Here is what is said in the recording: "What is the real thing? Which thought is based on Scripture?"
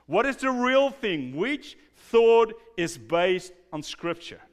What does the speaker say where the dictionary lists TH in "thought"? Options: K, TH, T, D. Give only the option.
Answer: TH